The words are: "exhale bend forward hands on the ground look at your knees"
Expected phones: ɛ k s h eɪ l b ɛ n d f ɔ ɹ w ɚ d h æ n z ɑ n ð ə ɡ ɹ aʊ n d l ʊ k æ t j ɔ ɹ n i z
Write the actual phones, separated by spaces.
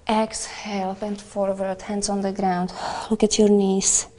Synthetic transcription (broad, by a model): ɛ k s h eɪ l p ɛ n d f ɔ ɹ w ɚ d h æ n s ɑ n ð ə ɡ ɹ aʊ n d l ʊ k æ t j ɔ ɹ n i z